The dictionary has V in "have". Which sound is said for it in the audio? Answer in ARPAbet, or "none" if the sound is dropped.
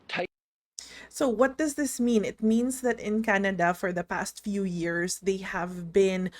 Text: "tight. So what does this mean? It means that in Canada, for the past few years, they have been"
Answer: V